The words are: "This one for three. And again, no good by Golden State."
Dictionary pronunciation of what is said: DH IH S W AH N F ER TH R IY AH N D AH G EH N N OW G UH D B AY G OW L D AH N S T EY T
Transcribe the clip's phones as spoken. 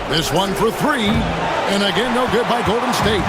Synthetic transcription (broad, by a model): DH IH S W AH N F ER TH R IY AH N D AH G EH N N OW G UH D B AY G OW L D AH N S T EY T